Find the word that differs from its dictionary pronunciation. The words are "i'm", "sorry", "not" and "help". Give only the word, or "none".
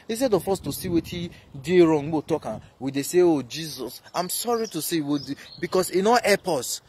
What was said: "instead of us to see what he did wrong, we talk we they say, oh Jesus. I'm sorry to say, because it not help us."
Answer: help